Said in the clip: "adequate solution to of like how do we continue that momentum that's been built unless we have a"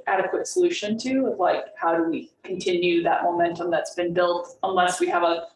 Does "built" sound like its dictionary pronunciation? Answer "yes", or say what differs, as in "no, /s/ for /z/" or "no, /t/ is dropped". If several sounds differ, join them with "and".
yes